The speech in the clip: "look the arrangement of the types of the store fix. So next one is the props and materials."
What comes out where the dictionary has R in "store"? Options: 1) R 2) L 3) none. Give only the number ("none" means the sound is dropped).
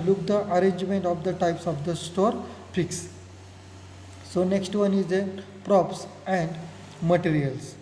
1